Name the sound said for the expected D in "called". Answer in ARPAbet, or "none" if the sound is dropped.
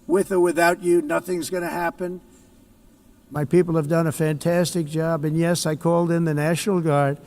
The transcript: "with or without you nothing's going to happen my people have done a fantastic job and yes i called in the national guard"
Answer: D